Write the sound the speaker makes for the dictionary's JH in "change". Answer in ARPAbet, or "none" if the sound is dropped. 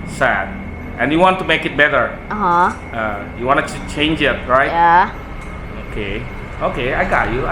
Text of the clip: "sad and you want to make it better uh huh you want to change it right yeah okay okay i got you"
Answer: JH